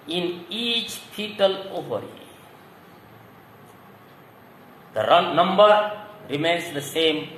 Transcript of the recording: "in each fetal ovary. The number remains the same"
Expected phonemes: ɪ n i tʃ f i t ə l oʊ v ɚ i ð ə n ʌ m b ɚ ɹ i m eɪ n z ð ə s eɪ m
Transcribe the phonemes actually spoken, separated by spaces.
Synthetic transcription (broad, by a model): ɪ n i tʃ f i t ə l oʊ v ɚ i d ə n ʌ m b ɚ ɹ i m eɪ n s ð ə s eɪ m